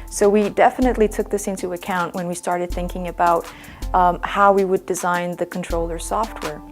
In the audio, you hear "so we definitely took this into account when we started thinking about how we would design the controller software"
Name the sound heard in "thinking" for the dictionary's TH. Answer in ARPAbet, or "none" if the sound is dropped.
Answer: TH